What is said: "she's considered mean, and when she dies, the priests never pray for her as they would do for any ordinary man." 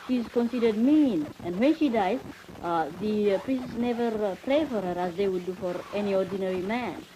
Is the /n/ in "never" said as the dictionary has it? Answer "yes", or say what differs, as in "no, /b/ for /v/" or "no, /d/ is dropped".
yes